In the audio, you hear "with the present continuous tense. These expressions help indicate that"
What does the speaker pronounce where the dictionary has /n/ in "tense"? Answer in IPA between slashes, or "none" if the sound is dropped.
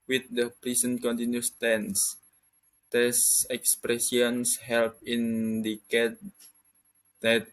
/n/